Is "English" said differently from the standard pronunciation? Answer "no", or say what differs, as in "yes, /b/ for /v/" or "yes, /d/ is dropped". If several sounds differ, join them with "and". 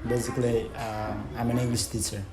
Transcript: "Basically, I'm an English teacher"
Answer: yes, /s/ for /ʃ/